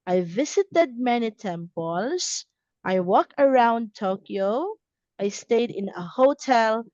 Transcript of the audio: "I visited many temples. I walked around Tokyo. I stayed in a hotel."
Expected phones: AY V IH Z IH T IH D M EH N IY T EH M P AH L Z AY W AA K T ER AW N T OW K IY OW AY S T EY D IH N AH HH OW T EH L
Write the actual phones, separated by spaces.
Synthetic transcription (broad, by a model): AY V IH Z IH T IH D M EH N IY T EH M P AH L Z AY W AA K ER AW N T OW K IY OW AY S T EY D IH N AH HH OW T EH L